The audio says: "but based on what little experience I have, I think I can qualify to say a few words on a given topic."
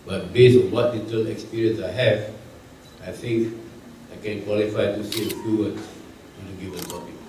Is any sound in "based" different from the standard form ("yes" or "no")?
yes